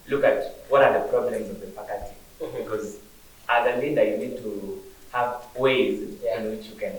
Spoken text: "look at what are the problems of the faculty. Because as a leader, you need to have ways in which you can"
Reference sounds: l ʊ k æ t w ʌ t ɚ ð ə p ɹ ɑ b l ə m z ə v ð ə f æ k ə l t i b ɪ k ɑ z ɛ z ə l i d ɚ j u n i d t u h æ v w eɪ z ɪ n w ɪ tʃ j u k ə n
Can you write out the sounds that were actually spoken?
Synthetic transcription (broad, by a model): l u k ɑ t w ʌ t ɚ ð ə p ɹ ɑ b l ə m z ə v ð ə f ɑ k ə t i b ɪ k ɑ z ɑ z ə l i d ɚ j u n i d t u h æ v w eɪ z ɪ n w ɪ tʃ j u k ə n